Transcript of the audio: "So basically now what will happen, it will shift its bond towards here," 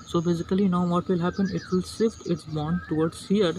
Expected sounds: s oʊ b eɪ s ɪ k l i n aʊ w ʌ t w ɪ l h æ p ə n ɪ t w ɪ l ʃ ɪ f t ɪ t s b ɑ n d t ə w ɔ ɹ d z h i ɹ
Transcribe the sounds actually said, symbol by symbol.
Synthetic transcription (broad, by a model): s oʊ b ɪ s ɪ k l i n aʊ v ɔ t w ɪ l h æ p ə n ɪ t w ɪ l s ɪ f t ɪ t s b ɑ n d t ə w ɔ ɹ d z h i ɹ